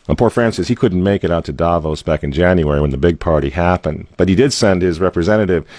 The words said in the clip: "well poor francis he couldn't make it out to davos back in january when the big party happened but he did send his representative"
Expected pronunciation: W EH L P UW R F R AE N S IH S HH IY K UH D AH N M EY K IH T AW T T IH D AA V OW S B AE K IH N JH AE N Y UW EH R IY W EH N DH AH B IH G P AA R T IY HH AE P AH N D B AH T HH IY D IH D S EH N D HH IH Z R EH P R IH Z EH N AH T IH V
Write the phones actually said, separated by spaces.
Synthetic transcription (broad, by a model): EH P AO R F R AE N S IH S HH IY K UH D N M EY K IH T AW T T IH D AA V OW S B AE K IH N JH AE N Y UW EH R IY W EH N DH AH B IH G P AA R T IY HH AE P AH N D B AH T HH IY D IH D S EH N D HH IH Z R EH P R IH Z EH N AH T IH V